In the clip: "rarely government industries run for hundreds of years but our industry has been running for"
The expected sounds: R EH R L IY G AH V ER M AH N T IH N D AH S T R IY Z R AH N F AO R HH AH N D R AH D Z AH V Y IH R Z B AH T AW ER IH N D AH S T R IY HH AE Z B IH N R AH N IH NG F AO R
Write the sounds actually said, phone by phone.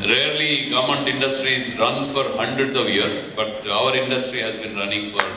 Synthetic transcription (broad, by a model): R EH R L IY G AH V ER M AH N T IH N D AH S T R IY Z R AH N F AO R HH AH N D R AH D S AH V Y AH R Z B AH T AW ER IH N D AH S T R IY HH AE Z B IH N R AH N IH NG F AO R